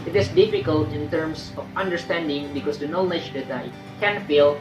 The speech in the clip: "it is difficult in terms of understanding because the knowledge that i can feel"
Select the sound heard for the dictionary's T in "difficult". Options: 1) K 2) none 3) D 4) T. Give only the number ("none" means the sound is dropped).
4